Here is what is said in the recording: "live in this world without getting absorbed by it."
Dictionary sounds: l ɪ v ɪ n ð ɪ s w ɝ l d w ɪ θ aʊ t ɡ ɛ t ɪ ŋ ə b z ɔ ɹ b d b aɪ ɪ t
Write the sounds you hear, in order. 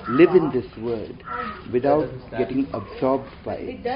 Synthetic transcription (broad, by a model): l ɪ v ɪ n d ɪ s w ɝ d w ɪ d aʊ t ɡ ɛ t ɪ ŋ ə b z ɔ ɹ b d b aɪ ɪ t